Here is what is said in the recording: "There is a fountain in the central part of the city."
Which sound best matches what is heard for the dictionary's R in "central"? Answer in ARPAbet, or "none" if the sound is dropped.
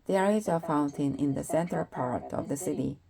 none